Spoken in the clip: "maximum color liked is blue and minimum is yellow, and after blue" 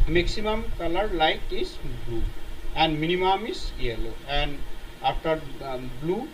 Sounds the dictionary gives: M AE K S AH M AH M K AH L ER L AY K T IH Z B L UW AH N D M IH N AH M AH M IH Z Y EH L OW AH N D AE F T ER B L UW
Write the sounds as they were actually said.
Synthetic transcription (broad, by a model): M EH K S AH M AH M K AH L ER L AY T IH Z B L UW AH N D M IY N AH M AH M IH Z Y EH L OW AH N D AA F T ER B L UW